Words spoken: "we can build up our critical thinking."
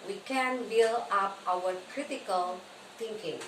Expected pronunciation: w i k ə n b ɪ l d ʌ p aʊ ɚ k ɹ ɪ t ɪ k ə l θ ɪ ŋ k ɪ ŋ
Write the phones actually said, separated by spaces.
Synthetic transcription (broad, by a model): w i k ə n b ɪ l ʌ p aʊ ɚ k ɹ ɪ t ɪ k ə l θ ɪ ŋ k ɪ ŋ